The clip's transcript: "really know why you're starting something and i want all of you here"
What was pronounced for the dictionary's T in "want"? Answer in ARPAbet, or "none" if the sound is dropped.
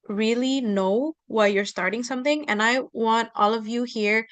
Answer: T